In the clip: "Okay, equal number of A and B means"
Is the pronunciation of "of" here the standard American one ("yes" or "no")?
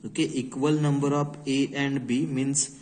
no